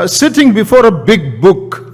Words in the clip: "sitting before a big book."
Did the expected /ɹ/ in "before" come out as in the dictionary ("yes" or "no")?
yes